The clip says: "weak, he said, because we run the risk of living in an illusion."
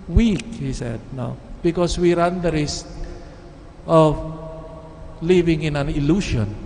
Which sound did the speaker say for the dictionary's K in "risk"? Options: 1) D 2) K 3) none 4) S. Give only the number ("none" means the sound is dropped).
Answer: 3